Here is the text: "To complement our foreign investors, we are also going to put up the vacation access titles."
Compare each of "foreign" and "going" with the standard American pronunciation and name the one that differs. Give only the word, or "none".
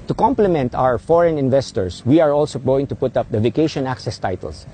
none